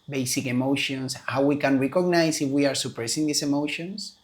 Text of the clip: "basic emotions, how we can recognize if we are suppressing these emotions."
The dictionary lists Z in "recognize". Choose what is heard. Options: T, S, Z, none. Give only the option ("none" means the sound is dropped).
S